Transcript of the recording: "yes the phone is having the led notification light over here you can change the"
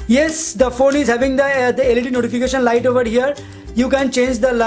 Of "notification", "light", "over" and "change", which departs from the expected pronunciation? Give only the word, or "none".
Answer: none